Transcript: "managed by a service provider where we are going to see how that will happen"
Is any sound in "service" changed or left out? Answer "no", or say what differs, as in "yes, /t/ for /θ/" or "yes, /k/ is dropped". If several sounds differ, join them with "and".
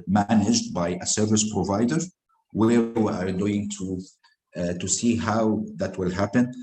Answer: no